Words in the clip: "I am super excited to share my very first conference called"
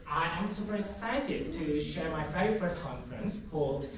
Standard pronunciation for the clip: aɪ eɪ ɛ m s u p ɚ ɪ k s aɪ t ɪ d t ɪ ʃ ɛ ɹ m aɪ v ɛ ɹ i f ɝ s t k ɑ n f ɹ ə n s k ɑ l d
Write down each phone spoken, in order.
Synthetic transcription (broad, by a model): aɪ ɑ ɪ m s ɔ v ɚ ɪ k s aɪ t ɪ d t ɪ ʃ ɛ ɹ m aɪ f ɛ i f ɝ s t k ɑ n f ɹ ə n s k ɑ l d